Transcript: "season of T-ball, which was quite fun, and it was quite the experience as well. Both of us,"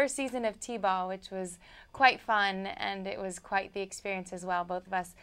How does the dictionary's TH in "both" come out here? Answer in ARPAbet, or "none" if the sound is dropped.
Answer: TH